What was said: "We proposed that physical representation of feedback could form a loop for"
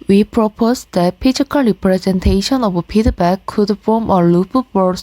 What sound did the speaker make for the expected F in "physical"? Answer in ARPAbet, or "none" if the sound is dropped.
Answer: P